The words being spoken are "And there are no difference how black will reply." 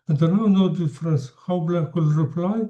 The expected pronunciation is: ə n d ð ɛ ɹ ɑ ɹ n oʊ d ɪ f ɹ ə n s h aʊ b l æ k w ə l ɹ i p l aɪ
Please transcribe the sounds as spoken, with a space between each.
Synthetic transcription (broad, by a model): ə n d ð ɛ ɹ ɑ w n oʊ d ɪ f ɹ ə n s h aʊ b l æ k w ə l ɹ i p l aɪ